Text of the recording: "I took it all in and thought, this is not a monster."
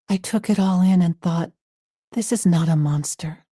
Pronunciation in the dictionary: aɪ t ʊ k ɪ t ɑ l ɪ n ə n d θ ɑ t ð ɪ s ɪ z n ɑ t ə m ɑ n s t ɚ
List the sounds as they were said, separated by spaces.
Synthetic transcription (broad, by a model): aɪ t ʊ k ɪ t ɑ l ɪ n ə n θ ɑ t ð ɪ s ɪ z n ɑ t ə m ɑ n s t ɚ